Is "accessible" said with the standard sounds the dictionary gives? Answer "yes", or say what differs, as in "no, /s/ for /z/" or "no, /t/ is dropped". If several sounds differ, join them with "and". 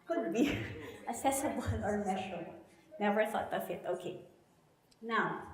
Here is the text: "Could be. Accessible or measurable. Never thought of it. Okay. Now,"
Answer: no, /k/ is dropped